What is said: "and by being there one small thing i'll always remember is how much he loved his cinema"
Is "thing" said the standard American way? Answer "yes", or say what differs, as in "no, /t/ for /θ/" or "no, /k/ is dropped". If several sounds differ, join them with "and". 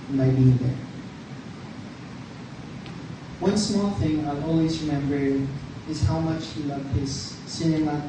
yes